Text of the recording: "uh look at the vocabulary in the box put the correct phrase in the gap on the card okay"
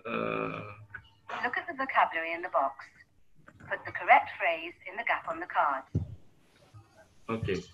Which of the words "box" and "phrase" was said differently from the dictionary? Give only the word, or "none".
none